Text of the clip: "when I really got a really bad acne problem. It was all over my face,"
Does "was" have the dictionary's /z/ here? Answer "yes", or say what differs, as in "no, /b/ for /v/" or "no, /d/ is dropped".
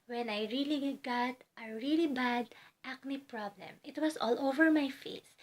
no, /s/ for /z/